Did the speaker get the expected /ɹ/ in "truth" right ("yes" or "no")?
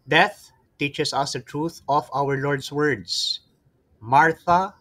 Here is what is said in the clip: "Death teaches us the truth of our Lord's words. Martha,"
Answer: yes